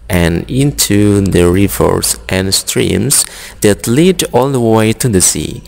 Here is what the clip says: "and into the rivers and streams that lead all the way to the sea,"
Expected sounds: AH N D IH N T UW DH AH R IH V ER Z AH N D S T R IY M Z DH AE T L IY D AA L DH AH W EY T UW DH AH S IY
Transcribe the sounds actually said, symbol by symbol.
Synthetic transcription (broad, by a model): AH N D IH N T UW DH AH R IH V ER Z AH N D S T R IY M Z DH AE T L IY D AA L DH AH W EY T UW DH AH S IY